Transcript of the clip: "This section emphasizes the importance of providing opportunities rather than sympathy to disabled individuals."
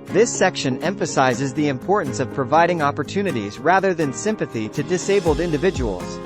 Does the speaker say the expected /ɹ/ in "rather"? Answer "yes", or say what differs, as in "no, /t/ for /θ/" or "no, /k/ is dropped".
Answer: yes